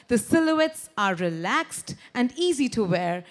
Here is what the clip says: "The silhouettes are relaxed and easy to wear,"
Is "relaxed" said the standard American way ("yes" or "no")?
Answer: yes